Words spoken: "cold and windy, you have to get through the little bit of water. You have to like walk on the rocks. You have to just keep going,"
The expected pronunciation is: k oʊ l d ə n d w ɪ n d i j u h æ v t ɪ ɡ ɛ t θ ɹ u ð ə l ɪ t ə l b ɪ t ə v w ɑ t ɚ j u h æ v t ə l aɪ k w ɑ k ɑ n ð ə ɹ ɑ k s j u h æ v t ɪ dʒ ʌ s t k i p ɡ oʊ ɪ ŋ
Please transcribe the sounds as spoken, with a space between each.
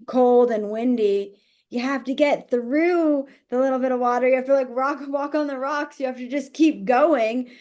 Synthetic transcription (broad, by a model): k oʊ l d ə n w ɪ n d i j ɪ h æ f t ɪ ɡ ɛ t θ ɹ u ð ə l ɪ t l b ɪ t ə v w ɑ t ɚ j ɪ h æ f t ə l aɪ k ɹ ɑ k ɑ n ð ə ɹ ɑ k s j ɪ h æ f t ɪ dʒ ʌ s k i p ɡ oʊ ɪ ŋ